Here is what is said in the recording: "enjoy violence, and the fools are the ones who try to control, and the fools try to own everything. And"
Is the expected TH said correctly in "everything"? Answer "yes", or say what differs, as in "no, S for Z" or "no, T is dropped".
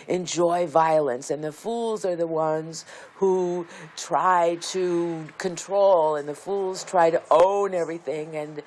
yes